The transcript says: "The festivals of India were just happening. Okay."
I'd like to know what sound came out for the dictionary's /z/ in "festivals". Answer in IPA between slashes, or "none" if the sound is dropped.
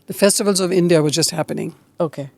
/z/